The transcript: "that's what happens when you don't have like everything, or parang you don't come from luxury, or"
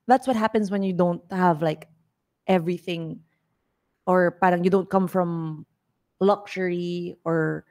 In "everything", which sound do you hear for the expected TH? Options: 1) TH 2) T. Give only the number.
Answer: 1